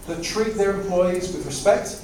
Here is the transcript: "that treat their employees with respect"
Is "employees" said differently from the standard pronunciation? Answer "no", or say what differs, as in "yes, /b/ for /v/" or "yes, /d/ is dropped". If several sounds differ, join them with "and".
no